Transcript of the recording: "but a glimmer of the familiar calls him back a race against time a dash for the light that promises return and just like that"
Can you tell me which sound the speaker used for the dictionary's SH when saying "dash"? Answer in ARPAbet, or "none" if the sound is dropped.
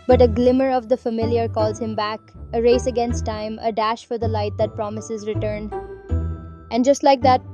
SH